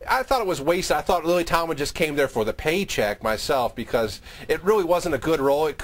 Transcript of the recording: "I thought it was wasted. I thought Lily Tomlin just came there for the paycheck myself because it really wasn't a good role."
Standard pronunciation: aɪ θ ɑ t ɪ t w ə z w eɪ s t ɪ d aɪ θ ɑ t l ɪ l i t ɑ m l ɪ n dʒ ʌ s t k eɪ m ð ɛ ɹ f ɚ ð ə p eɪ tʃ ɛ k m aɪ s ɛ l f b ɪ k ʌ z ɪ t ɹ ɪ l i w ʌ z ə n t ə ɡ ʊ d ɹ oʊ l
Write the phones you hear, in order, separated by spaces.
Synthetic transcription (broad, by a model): aɪ θ ɑ t ɪ t w ə z w eɪ s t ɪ ɪ θ ɑ t l ɪ l i t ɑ m ɪ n dʒ ʌ s k eɪ m ð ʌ ɹ f ɚ ð ə p eɪ tʃ ɛ k m aɪ s ɛ l f b ɪ k ʌ z ɪ t ɹ ɪ l i w ʌ z ə n t ə ɡ ʊ d ɹ oʊ l